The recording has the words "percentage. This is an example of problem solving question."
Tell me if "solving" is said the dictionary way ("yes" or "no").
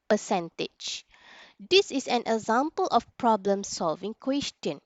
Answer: yes